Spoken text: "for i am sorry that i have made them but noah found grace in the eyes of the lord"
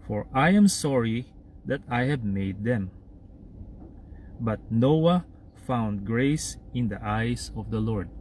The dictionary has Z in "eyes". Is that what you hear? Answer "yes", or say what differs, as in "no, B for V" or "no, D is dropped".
no, S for Z